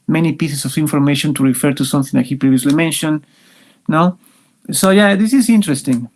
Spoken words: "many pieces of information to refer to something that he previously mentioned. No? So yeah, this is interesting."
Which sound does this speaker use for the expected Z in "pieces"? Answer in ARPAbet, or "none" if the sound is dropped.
S